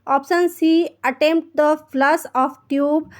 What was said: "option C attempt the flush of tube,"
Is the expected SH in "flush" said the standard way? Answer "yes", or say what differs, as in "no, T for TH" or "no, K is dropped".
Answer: no, S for SH